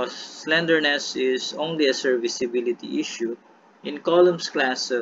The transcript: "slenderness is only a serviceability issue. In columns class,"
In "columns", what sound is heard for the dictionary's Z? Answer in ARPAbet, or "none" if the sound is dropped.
S